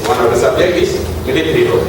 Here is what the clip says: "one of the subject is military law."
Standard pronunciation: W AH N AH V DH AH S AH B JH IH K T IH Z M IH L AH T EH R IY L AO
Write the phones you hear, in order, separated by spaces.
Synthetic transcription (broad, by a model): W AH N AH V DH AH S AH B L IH T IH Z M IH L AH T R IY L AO